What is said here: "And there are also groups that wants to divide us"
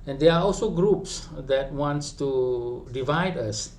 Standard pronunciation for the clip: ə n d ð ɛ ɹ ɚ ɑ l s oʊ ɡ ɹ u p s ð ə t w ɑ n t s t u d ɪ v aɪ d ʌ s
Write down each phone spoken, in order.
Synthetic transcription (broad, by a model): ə n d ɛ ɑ ɑ l s oʊ ɡ ɹ u p s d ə t w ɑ n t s t u d ɪ v aɪ d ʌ s